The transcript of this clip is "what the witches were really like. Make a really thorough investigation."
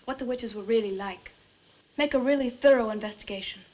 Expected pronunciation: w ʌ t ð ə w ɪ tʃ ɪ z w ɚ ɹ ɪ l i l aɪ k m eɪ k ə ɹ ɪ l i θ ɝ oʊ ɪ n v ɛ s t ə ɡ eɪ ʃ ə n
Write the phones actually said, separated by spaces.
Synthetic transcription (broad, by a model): w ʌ t ð ə w ɪ tʃ ɪ z w ɚ ɹ ɪ l i l aɪ k m eɪ k ə ɹ ɪ l i θ ɝ oʊ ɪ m v ɛ s t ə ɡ eɪ ʃ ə n